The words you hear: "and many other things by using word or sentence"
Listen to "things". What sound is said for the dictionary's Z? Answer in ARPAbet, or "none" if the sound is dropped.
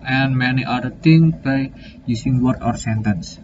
none